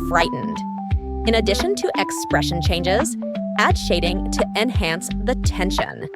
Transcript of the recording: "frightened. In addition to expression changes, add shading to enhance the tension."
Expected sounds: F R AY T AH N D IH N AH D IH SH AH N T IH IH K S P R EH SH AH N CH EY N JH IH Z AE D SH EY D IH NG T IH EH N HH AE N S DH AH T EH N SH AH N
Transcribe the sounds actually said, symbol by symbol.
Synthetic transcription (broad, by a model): F R AY T N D IH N AH D IH SH AH N T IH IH K S P R EH SH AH N CH EY N JH IH Z AE D SH EY D IH NG T IH EH N HH AE N S DH AH T EH N SH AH N